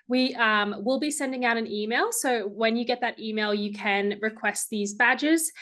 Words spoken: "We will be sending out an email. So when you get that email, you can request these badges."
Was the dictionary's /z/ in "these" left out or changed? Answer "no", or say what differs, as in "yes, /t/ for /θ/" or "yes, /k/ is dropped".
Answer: no